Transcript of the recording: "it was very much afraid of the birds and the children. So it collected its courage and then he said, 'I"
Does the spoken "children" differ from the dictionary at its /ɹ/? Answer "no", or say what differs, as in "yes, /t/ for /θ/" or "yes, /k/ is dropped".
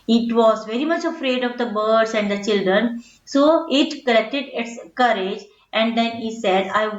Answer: no